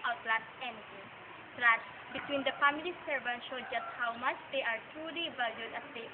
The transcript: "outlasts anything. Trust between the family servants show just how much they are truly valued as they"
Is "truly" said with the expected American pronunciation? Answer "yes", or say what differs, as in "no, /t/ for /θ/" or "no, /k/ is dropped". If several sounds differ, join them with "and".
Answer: yes